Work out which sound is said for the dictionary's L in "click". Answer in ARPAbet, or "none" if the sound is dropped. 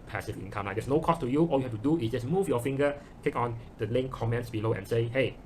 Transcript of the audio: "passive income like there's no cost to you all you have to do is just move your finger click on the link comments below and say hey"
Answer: none